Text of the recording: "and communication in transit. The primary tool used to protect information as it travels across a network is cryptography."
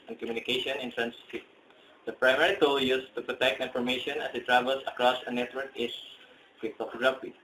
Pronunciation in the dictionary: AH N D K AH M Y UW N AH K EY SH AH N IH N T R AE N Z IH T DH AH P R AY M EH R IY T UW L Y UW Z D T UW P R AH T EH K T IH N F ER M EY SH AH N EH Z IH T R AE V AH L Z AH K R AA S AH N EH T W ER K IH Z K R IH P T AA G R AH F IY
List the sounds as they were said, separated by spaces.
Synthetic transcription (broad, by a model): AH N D K AH M Y UW N AH K EY SH AH N IH N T R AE N S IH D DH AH P R AY M EH R IY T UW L Y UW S T UW P R AH T EH K T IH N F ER M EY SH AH N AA S IH T R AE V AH L S AH K R AA S AH N EH T W ER K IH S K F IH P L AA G R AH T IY